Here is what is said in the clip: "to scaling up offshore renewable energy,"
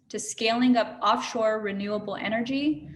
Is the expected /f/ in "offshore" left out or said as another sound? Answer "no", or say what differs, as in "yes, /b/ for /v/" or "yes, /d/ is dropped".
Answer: no